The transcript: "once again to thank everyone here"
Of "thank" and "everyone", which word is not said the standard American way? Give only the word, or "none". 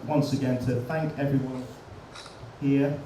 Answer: none